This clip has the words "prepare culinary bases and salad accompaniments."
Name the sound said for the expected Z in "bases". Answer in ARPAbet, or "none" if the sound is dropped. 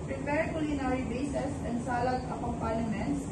S